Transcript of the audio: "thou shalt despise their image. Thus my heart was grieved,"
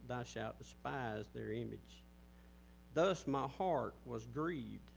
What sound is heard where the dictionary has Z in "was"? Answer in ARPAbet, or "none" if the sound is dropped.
Z